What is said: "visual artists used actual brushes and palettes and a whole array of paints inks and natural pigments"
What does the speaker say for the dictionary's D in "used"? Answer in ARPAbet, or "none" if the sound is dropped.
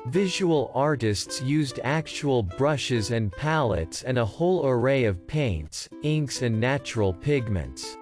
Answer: D